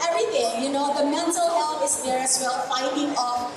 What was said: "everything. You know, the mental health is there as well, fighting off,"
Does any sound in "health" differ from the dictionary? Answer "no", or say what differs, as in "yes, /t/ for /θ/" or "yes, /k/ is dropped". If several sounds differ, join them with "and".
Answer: yes, /f/ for /θ/